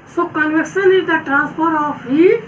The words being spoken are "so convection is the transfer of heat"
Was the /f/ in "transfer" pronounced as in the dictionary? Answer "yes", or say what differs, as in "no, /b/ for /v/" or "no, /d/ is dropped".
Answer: no, /p/ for /f/